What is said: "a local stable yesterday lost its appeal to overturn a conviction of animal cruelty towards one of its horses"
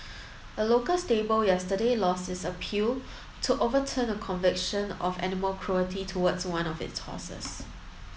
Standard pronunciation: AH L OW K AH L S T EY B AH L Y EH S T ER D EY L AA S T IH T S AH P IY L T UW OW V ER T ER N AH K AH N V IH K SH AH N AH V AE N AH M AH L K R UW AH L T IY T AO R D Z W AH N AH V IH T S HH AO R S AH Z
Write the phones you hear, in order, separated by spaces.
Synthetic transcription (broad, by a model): AH L OW K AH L S T EY B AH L Y EH S T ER D EY L AA S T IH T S AH P IY L T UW OW V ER T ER N AH K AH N V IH K SH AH N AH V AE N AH M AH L K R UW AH T IY T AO W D S W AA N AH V IH T S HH AO S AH S